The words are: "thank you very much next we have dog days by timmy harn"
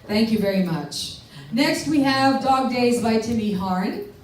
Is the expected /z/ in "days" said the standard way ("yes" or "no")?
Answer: yes